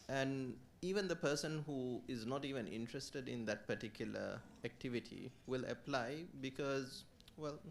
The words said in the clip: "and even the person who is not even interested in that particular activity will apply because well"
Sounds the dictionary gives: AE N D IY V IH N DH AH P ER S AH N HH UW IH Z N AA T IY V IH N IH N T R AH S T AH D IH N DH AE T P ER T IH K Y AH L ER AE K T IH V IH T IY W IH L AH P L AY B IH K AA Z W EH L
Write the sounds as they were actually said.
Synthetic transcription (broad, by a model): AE N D IY V IH N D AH P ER S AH N HH UW IH Z N AA T IY V IH N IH N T R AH S T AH D IH N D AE T P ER T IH K Y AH L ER AE K T IH V IH T IY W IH L AH P L AY B IH K AA Z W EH L